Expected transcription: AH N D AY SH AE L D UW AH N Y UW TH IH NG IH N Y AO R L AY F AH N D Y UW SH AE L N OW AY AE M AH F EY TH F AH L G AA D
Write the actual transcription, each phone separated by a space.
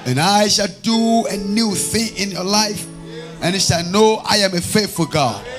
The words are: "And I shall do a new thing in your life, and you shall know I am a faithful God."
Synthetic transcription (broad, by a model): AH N AY SH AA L D UW AH N Y UW TH IH NG IH N Y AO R L AY F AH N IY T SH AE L N OW AY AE M AH F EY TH F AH G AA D